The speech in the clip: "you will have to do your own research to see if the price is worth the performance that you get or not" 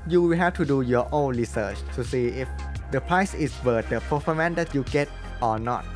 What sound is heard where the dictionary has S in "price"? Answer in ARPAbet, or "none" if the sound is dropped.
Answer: S